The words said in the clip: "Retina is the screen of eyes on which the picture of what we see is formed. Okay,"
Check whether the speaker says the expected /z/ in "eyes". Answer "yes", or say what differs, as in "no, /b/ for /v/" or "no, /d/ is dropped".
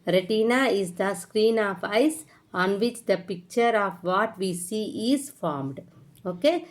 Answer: no, /s/ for /z/